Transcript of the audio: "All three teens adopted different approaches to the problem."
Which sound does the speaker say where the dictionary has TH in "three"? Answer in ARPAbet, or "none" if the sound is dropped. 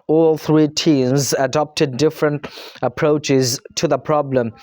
TH